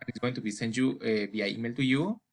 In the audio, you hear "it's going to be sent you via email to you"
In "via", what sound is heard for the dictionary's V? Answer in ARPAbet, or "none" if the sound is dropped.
B